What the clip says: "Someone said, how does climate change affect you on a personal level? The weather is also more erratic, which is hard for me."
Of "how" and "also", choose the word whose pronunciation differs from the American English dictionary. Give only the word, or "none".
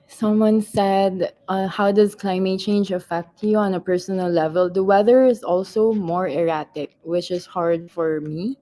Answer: none